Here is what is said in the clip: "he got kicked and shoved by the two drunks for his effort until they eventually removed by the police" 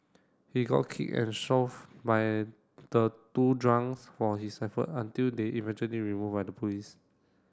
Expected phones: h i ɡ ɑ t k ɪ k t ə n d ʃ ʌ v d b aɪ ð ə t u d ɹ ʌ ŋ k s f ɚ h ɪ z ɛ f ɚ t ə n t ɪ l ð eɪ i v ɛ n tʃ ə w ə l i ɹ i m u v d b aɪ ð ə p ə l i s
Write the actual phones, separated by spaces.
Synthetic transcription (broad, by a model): h i ɡ ɑ t k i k ə n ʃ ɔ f b aɪ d ə t u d ɹ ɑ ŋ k s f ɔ h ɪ s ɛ f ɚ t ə n t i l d eɪ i v ɛ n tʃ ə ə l i ɹ i m u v b aɪ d ə p ə l i s